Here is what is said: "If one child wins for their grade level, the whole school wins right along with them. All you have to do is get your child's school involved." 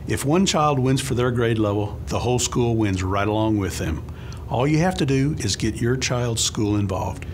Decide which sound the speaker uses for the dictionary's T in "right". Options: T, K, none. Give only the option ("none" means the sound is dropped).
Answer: T